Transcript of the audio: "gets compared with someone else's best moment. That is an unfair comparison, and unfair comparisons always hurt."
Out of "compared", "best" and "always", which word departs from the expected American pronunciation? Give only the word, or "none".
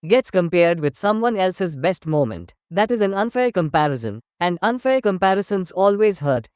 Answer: none